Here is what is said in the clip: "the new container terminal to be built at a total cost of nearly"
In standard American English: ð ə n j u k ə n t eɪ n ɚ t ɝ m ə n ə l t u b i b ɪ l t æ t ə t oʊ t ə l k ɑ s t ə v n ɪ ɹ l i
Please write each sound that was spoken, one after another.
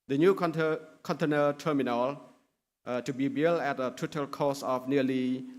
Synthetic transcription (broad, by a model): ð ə n j u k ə n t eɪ n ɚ t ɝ m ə n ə l t u b i b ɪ l æ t ə t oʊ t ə l k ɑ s ə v n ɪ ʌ l i